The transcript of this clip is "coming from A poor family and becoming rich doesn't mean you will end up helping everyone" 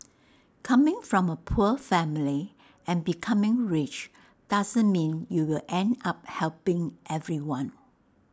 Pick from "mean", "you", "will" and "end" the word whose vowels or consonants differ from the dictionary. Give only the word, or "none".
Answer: none